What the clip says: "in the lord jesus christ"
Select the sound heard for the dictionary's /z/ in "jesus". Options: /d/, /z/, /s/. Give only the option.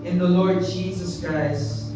/z/